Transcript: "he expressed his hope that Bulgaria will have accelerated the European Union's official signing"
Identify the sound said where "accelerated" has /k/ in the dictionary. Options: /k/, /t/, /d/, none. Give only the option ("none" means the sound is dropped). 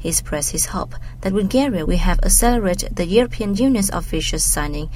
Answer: none